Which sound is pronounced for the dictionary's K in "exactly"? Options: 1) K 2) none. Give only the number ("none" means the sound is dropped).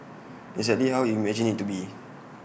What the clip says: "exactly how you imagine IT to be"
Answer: 2